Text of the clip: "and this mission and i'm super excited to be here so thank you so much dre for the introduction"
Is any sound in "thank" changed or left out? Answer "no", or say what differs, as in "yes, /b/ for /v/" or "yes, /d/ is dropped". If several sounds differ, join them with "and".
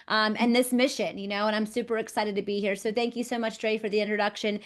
no